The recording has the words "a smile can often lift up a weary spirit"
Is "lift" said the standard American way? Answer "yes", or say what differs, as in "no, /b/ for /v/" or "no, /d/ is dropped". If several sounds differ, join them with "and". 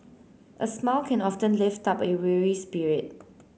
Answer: yes